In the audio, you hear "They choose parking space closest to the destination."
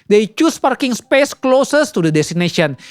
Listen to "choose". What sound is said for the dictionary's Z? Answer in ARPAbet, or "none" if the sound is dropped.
S